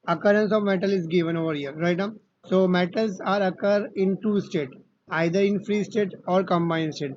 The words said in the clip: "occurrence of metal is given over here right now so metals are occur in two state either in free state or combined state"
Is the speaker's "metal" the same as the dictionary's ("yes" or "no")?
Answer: yes